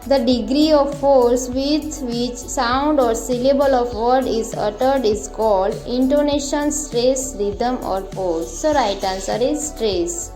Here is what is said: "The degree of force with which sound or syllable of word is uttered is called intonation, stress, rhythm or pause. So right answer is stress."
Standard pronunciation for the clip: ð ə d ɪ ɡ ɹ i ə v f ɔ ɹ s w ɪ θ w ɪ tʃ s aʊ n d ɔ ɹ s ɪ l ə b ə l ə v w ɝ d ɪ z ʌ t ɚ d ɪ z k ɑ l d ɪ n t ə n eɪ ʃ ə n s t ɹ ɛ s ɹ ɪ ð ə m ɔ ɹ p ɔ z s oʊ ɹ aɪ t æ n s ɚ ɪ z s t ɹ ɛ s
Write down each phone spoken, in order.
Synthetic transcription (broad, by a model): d ə d ɪ ɡ ɹ i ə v f ɔ ɹ s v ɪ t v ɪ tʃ s aʊ n d ɔ ɹ s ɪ l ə b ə l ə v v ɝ d ɪ z ʌ t ɚ d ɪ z k ɑ l d ɪ n t ə n eɪ ʃ ə n s t ɹ ɛ s ɹ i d ə m ɔ ɹ f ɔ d s oʊ ɹ aɪ t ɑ n s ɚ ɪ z s t ɹ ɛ s